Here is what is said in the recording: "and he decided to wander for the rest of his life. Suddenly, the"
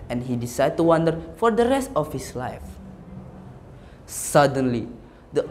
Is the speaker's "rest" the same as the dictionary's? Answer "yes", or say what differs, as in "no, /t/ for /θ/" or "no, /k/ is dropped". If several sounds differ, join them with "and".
yes